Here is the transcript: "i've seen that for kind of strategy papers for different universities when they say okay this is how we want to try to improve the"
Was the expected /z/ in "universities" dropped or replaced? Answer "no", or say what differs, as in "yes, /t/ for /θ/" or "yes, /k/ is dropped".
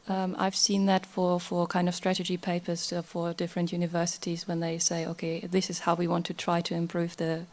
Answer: no